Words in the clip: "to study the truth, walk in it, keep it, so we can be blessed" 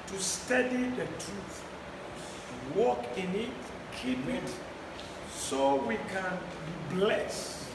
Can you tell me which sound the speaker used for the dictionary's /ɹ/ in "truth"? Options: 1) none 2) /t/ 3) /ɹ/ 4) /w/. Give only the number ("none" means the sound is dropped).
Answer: 3